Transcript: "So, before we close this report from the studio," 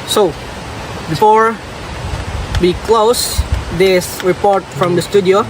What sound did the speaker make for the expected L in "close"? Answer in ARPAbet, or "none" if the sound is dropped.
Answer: L